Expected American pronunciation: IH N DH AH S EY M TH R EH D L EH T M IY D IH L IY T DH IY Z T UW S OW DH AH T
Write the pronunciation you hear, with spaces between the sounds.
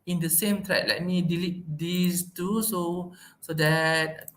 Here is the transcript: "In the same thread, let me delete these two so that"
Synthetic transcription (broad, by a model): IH N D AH S EY M T R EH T L EH T M IY D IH L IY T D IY S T UW S OW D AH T